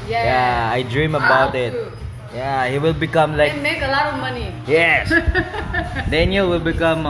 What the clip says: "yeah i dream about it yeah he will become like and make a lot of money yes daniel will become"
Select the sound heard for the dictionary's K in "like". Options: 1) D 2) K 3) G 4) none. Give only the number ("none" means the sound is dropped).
4